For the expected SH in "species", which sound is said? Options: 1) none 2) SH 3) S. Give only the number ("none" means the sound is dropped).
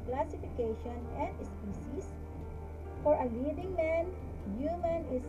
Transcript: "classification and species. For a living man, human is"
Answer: 3